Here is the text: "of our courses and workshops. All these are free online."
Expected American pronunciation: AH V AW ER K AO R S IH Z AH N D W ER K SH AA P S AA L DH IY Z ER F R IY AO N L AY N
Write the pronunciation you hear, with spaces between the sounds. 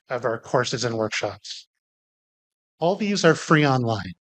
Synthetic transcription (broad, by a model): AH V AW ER K AO R S IH Z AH N W ER K SH AA P S AA L DH IY Z ER F R IY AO N L AY N